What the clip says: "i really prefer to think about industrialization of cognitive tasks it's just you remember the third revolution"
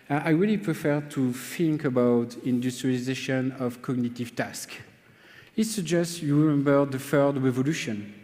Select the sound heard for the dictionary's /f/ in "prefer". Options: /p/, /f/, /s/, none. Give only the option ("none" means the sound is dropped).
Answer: /f/